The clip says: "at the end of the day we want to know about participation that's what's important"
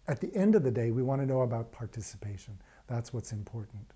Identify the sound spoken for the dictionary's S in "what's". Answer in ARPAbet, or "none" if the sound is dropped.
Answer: S